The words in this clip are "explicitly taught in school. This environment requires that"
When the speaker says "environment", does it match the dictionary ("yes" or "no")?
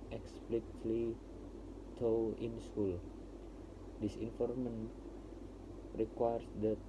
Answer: no